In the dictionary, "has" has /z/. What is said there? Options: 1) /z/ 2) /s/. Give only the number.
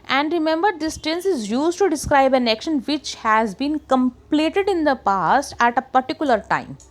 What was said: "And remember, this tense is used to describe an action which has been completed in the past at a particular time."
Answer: 1